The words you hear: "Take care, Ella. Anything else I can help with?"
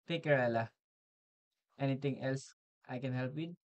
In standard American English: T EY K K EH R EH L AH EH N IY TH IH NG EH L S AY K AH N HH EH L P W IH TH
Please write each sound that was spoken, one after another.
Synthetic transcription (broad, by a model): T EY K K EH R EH L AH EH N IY T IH NG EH L S AY K AH N HH EH L P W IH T